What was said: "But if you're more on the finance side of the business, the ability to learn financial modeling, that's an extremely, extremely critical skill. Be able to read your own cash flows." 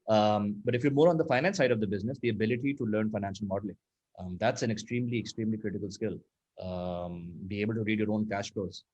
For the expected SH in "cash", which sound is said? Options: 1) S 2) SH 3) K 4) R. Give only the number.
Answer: 2